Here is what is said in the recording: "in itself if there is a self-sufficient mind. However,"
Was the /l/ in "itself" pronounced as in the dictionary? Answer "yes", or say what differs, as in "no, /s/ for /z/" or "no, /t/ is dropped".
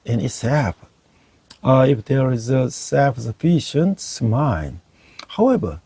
no, /l/ is dropped